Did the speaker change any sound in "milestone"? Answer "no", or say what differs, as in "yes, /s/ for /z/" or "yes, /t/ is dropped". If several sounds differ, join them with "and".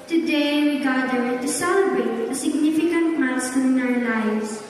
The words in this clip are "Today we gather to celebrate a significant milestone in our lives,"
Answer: yes, /l/ is dropped